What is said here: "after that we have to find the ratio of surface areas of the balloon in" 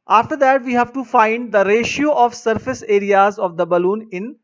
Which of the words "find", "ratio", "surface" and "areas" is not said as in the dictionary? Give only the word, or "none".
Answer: none